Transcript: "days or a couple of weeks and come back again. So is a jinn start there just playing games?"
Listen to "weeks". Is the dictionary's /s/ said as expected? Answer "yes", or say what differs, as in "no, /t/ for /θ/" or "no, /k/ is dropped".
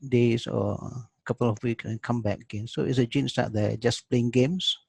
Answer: no, /s/ is dropped